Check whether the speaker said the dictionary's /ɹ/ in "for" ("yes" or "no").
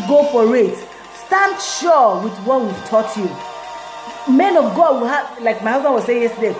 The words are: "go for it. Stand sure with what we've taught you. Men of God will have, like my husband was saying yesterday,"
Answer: yes